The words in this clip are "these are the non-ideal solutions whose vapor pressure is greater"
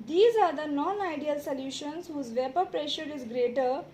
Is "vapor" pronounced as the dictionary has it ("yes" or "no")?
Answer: yes